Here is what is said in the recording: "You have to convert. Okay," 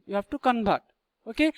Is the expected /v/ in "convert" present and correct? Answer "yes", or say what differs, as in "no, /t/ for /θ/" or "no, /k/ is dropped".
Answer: no, /b/ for /v/